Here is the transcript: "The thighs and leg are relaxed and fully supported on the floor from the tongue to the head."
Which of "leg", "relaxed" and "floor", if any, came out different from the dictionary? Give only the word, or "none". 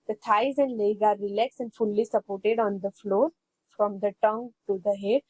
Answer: relaxed